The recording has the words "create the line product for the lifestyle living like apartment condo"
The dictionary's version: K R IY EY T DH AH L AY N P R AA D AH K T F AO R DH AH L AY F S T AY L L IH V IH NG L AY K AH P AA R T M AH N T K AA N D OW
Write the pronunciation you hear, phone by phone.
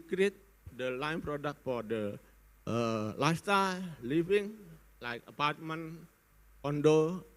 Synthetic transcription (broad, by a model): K R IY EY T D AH L AY N P R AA D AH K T F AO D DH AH L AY S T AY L L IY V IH NG L AY K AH P AA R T M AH N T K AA N D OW